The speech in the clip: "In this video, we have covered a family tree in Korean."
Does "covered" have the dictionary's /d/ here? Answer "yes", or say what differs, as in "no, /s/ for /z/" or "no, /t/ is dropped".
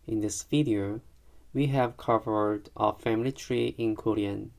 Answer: yes